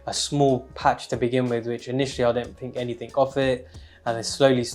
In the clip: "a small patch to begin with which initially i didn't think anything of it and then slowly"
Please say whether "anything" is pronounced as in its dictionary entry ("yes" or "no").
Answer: yes